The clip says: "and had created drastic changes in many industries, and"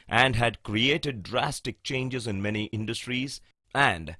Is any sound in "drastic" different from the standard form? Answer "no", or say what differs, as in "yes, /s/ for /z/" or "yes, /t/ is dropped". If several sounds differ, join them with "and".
no